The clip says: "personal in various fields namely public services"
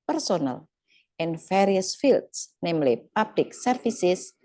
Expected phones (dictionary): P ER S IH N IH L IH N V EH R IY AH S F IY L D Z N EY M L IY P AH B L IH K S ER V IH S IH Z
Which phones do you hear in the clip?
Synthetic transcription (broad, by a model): P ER S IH N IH L IH N F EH R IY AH S F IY L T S N EY M L IY P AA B L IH K S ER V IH S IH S